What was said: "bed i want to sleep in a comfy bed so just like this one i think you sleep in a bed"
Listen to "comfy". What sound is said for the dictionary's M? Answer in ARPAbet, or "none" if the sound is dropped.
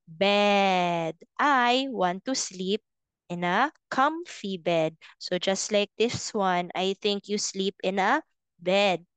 M